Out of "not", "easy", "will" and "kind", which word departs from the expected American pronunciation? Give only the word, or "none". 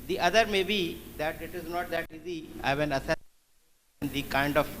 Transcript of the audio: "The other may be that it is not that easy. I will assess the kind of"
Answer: will